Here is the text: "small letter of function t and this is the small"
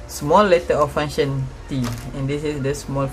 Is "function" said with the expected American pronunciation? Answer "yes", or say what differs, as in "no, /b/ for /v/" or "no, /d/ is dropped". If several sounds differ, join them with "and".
no, /k/ is dropped